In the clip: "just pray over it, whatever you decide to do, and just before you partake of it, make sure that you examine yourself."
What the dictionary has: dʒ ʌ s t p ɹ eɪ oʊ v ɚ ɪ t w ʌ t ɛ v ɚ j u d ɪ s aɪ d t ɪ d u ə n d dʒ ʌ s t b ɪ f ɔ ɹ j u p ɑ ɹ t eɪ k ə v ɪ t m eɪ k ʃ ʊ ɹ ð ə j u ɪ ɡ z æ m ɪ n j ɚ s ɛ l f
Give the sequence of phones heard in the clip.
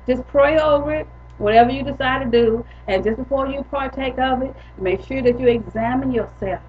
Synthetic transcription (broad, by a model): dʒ ʌ s p ɹ eɪ oʊ v ɚ ɪ t w ʌ t ɛ v ɚ j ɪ d ɪ s aɪ d t ɪ d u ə n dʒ ʌ s b ɪ f ɔ ɹ j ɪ p ɑ ɹ t eɪ k ə v ɪ t m eɪ k ʃ ʊ ɹ ð ə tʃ ɪ ɡ z æ m ɪ n j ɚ s ɛ l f